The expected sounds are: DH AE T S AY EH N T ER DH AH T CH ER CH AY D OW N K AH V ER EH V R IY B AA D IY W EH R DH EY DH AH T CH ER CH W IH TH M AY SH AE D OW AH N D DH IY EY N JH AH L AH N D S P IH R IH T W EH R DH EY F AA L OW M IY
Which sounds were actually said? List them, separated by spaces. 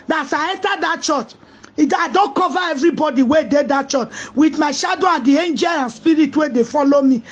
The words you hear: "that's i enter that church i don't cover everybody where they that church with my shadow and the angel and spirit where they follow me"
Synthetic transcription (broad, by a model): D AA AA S AY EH N T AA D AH T CH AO CH AY D OW N K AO V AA EH V R IY B AA D IY W EH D EY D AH T CH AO CH W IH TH M AY SH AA D OW AH N D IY EY N JH AH L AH N S P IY R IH T W EH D EY F AA L OW M IY